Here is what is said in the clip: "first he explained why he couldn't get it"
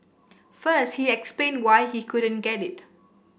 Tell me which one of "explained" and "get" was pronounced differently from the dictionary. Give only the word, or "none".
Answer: none